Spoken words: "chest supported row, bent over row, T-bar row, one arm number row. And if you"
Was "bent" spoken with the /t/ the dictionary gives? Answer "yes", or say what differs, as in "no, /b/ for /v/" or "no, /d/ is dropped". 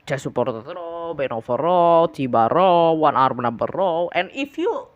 no, /t/ is dropped